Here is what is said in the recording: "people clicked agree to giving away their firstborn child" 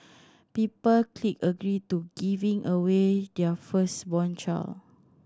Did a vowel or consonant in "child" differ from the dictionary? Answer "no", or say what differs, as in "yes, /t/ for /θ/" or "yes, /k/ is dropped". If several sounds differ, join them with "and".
yes, /d/ is dropped